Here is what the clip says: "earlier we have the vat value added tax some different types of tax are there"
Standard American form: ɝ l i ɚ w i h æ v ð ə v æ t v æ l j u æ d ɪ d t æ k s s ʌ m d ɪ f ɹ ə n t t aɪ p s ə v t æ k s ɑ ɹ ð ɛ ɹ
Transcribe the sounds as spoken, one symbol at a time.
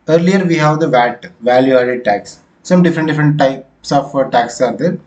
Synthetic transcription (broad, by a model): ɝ l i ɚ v i h æ v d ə v æ t v æ l j u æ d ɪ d t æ k s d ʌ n d ɪ f ɹ ə n t t aɪ p s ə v t æ k s ɑ ɹ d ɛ ɹ